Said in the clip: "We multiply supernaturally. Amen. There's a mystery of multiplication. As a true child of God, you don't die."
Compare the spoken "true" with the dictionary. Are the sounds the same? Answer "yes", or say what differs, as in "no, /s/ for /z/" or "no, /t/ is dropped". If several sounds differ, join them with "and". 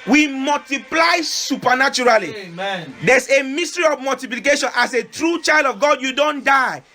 yes